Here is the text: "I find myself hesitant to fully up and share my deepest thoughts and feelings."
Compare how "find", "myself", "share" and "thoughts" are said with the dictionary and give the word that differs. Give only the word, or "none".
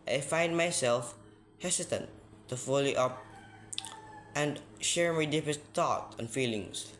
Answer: thoughts